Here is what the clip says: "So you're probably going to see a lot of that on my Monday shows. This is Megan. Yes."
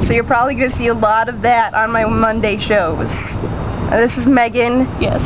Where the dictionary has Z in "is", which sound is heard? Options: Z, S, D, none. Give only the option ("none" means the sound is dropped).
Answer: Z